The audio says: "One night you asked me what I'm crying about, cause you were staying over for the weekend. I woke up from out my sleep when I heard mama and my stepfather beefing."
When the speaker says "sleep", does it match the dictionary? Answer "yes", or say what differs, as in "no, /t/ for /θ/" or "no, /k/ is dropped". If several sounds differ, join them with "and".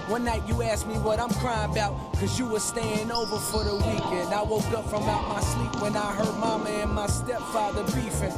no, /l/ is dropped